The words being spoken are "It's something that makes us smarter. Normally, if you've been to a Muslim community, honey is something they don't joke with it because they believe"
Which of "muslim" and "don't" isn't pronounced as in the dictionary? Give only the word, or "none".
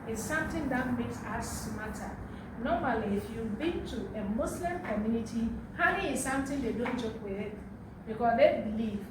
muslim